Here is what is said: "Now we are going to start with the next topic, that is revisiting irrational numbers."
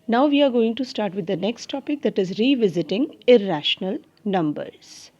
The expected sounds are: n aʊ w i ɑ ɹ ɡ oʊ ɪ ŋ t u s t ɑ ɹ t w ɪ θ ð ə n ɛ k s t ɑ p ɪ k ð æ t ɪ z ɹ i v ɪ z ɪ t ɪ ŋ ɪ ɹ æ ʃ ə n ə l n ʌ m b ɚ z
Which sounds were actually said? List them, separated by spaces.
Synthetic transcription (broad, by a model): n aʊ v i ɑ ɹ ɡ oʊ ɪ ŋ t u s t ɑ ɹ t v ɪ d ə n ɛ k s t ɑ p ɪ k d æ t ɪ z ɹ i v ɪ z ɪ t ɪ ŋ ɪ ɹ æ ʃ ə n ə l n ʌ m b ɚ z